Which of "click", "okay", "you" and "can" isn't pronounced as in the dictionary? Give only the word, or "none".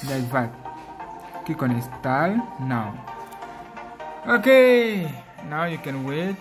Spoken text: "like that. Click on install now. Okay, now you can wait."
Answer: click